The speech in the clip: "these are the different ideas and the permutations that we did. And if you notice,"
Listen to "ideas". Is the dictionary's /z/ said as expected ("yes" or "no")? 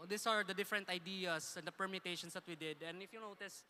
no